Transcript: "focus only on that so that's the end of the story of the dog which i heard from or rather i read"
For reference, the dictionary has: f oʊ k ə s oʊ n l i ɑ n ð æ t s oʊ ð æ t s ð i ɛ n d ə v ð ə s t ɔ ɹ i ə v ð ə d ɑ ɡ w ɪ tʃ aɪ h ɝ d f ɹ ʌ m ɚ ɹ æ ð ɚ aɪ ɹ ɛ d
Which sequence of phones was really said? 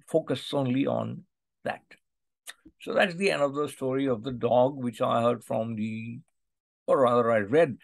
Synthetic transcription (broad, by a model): f oʊ k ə s oʊ n l i ɑ n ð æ t s oʊ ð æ t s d i ɛ n d ə v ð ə s t ɔ ɹ i ə v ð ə d ɑ ɡ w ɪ tʃ aɪ h ɝ d f ɹ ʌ m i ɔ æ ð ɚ aɪ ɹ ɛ d